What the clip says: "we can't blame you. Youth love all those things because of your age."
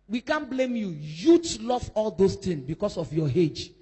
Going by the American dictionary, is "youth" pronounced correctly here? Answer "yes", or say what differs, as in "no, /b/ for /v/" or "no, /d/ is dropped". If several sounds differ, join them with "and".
no, /t/ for /θ/